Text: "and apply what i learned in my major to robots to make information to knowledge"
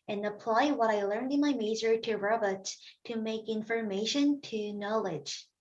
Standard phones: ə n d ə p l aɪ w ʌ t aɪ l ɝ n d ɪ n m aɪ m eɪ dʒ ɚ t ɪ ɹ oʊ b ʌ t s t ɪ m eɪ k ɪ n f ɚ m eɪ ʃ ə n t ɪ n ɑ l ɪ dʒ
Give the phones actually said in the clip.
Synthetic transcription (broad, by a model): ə n ə p l aɪ w ʌ t aɪ l ɝ n d ɪ n m aɪ m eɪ z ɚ t ɪ ɹ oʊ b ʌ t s t ɪ m eɪ k ɪ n f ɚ m eɪ ʃ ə n t ɪ n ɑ l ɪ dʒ